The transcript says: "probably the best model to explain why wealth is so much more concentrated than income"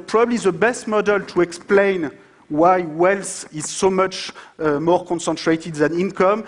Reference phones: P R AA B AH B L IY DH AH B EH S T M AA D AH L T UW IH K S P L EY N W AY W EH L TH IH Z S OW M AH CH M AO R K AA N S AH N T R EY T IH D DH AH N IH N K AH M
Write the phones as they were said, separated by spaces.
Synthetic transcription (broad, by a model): P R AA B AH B L IY DH AH B EH S T M AA D AH L T UW IH K S P L EY N W AY W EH L S IH Z S OW M AH CH M AO R K AA N S AH N T R EY T IH D DH AH N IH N K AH M